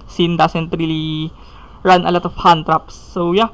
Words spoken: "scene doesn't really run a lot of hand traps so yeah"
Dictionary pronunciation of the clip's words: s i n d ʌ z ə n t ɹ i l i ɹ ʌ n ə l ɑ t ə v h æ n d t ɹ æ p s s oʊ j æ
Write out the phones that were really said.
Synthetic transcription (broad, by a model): s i n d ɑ s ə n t ɹ i l i ɹ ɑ n ə l ɑ t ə f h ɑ n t ɹ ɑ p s s oʊ j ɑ